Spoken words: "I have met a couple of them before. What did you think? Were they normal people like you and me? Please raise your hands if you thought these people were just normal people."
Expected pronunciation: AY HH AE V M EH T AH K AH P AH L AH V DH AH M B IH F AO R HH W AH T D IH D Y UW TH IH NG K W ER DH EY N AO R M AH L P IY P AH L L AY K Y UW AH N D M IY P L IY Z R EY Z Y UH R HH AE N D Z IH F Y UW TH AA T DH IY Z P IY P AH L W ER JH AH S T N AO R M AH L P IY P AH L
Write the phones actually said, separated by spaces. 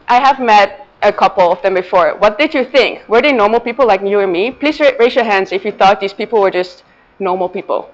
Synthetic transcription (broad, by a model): AY HH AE V M EH T AH K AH P L AH V DH AH M B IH F AO R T W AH T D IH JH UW TH IH NG K W ER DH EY N AO R M L P IY P L L AY K Y UW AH N M IY P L IY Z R EY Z Y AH R HH AE N D Z IH F Y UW TH AA T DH IY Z P IY P L W ER JH AH S T N AO R M L P IY P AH L